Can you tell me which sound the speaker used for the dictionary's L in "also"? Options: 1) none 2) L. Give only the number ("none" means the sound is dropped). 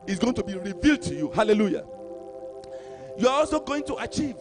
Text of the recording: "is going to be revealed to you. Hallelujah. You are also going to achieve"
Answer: 2